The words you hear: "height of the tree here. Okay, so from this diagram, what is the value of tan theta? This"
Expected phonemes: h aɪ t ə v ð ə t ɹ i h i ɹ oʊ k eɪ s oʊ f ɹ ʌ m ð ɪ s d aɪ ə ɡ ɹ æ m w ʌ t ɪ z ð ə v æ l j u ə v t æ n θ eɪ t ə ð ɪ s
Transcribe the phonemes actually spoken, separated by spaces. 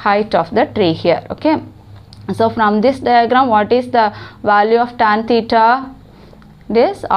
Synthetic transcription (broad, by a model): h aɪ t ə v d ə t ɹ i h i ɹ oʊ k eɪ s oʊ f ɹ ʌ m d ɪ s d aɪ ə ɡ ɹ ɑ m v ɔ t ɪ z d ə v æ l j u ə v t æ n t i t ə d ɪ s